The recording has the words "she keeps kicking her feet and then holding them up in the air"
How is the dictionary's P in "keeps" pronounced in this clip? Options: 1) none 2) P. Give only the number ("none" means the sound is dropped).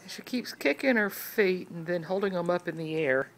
2